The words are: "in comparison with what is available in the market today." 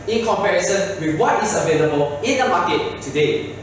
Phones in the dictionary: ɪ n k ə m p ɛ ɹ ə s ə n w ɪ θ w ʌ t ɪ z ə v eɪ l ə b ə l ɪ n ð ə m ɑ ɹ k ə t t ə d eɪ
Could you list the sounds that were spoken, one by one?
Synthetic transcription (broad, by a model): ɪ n k ə m p ɛ ɹ ə s ə n w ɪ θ w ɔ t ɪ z ə v eɪ l ə b ə l ɪ n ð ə m ɑ k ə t t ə d eɪ